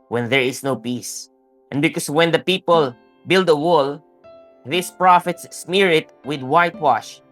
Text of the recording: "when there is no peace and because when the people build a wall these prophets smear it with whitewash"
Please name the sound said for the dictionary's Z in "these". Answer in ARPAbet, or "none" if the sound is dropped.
S